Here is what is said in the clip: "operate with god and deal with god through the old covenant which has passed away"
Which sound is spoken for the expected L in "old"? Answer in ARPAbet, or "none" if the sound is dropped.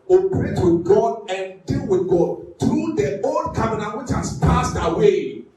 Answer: N